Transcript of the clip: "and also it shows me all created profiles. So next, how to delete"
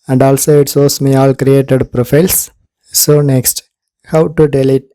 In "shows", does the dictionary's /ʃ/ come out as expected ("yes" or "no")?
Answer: no